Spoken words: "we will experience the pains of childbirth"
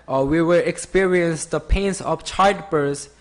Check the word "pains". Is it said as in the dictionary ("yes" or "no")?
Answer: no